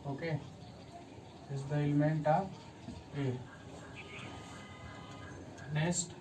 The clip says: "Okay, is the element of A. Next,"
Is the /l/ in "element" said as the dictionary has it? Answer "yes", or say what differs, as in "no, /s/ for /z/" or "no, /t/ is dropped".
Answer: yes